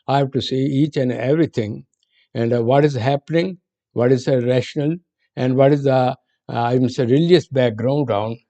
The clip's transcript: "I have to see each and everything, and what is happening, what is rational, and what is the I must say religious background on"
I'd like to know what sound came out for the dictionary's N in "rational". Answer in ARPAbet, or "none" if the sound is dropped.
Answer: N